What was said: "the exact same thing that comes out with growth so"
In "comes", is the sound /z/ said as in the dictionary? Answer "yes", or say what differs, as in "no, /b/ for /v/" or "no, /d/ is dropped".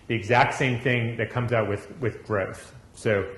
yes